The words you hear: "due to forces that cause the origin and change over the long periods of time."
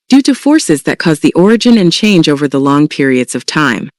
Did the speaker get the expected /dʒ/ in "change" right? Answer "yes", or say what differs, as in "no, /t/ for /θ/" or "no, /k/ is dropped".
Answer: yes